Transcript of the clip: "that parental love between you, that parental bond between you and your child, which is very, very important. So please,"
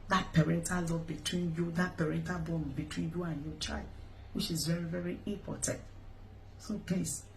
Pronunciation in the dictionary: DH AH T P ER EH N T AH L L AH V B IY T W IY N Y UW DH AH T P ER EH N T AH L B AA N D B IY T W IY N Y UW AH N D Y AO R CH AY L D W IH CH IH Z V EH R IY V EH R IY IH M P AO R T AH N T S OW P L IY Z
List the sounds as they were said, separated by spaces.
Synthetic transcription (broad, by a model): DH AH T P ER EH N T AH L L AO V B IY T W IY N Y UW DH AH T P ER EH N T AH L B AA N B IY T W IY N Y UW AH N Y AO CH AY L D W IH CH IH Z V EH R IY V EH R IY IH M P AO T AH N T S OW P L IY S